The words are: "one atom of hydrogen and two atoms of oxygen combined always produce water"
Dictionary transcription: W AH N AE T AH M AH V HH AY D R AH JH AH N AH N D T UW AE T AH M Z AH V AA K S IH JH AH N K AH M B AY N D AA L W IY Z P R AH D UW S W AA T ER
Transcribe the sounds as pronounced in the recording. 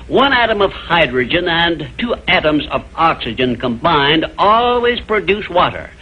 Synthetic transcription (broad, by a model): W AH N AE T AH M AH V HH AY D R AH JH AH N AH N T UW AE T AH M Z AH V AA K S IH JH AH N K AH M B AY N D AA L W IY Z P R AH D UW S W AA T ER